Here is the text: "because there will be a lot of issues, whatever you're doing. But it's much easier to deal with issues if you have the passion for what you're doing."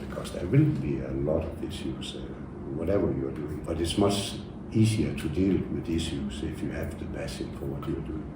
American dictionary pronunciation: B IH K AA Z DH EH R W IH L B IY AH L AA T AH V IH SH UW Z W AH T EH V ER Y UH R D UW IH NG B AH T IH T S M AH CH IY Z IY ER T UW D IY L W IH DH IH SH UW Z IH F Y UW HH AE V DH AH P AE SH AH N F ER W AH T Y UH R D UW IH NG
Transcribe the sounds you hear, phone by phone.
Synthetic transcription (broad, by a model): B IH K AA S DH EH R W IH L B IY AH L AA T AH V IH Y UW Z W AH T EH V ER Y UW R D UW IH NG B AH T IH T S M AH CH IY S IY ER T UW D IY L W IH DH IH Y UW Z IH F Y UW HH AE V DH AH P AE S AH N F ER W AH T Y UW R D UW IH NG